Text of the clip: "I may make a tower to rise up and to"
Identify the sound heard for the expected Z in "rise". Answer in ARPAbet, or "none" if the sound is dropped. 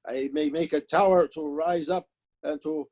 Z